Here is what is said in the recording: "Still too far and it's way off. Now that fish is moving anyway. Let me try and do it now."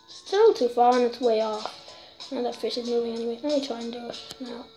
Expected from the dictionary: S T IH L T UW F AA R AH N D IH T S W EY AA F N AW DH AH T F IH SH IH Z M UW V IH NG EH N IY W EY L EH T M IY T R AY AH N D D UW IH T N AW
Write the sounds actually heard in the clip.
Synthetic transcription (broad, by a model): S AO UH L T UW F AA R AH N IH T S W EY AA F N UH DH AH T F IH SH IH Z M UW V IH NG EH N IY W EY N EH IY T R AY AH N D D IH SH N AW